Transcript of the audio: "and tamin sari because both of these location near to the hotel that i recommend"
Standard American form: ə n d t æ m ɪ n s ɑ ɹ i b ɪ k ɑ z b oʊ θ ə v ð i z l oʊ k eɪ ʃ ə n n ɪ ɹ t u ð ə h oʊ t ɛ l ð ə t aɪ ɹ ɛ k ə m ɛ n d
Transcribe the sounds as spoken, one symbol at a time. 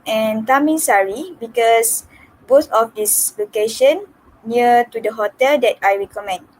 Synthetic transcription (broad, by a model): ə n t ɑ m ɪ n s ɑ ɹ i b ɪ k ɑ s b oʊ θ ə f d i s l oʊ k eɪ ʃ ə n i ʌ t u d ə h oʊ t ɛ l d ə t aɪ ɹ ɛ k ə m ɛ n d